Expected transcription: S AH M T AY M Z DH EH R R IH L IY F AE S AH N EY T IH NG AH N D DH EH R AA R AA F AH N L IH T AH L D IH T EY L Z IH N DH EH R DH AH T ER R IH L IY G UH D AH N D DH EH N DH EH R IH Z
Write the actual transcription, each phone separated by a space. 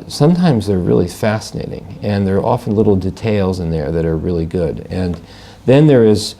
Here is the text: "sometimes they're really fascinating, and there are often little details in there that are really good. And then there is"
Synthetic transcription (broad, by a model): S AH M T AY M Z DH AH R R IH L IY F AE S AH N EY T IH NG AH N DH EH R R AA F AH N L IH T L D IH T EY L Z IH N DH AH R DH AH T ER R IH L IY G UH D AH N DH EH N DH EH R IH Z